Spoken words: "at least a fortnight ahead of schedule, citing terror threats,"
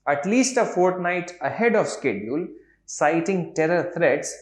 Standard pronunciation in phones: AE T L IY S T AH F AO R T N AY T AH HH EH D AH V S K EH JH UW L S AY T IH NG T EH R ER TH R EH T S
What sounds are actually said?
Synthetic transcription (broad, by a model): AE T L IY S T AH F AO R T N AY T AH HH EH D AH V S K EH JH UW L S AY T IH NG T EH R ER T R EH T S